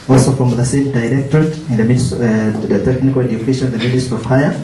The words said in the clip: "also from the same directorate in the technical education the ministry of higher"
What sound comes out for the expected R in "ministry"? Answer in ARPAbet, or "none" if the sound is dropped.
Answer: none